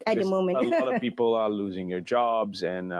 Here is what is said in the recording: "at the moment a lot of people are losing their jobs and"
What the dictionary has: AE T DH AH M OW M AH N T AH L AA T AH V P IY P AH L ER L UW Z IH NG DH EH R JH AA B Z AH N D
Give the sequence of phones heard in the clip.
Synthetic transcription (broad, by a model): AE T DH AH M OW M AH AH L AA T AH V P IY P L ER L UW Z IH NG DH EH R JH AA B Z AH N